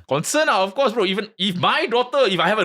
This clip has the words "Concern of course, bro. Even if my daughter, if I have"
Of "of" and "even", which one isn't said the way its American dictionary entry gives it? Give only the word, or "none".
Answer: of